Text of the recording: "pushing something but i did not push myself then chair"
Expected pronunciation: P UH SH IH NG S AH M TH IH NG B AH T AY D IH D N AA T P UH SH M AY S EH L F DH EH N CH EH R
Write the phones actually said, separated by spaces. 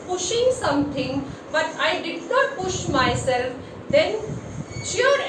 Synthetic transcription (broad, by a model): P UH SH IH NG S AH M T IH NG B AH T AY D IH D N AA T P UH SH M AY S EH L F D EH N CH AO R